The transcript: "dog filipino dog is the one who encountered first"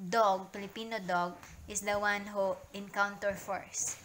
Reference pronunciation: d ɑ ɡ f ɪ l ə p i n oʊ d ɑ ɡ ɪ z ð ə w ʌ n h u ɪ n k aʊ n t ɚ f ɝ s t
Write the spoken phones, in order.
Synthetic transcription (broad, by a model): d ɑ ɡ p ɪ l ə p i n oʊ d ɑ ɡ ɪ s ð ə w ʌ n h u ɪ n k aʊ n t ɚ f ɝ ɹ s